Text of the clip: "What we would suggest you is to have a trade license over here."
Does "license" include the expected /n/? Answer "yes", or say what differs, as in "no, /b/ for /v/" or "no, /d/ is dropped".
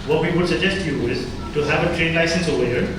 yes